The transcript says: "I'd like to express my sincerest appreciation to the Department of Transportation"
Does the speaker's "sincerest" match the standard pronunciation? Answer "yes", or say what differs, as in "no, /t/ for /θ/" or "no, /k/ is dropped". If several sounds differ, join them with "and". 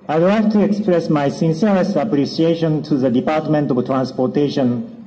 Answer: no, /ɹ/ is dropped